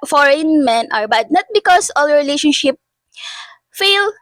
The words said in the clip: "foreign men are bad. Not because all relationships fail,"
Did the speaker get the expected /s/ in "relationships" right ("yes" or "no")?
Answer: no